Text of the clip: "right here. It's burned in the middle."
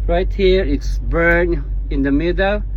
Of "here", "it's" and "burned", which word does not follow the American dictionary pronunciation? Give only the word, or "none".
burned